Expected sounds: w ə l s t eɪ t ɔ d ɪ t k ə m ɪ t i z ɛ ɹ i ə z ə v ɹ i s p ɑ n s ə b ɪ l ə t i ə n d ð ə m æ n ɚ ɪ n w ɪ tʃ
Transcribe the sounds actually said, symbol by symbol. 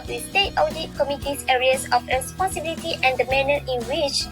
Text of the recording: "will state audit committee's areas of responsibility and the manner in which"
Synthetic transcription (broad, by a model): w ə s t eɪ t ɔ d ɪ t k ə m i t i s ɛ ɹ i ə s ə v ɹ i s p ɑ n s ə b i l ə t i ə n d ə m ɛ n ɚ ɪ n w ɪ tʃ